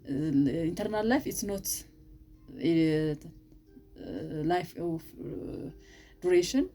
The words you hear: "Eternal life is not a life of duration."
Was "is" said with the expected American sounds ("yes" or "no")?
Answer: no